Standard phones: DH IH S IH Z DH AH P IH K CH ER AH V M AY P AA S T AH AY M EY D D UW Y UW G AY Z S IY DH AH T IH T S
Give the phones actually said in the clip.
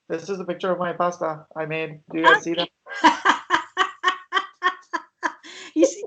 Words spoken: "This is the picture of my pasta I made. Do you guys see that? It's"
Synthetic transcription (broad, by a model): DH IH S IH Z DH AH P IH K CH ER AH V M AY P AA S T AH AY M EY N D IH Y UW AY S IY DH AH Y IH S